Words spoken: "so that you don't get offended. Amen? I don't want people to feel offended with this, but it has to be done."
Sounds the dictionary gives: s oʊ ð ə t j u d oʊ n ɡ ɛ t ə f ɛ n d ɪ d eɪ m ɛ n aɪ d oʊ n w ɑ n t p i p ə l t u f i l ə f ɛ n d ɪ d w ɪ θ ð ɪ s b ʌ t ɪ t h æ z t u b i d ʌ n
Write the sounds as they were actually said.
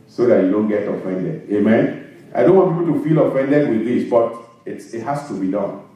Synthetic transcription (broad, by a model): s oʊ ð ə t j u d oʊ n ɡ ɛ t ə f ɛ n d ɪ d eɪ m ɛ n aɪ d oʊ n w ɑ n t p i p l t u f i l ə f ɛ n d ɪ d w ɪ ð ɪ s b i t ɪ t h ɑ s t u b i d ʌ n